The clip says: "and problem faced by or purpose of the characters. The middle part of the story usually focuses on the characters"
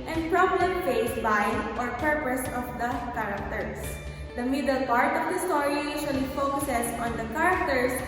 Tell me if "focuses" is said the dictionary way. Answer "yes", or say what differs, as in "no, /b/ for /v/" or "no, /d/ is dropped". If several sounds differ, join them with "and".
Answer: no, /s/ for /z/